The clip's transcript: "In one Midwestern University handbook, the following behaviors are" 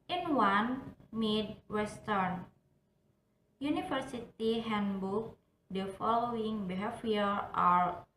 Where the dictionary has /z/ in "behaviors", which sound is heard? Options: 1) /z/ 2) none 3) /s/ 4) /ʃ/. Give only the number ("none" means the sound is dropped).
2